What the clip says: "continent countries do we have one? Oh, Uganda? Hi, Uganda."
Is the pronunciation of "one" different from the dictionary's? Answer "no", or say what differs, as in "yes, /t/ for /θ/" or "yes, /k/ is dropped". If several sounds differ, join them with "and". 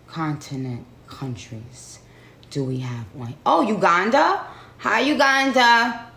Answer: yes, /n/ is dropped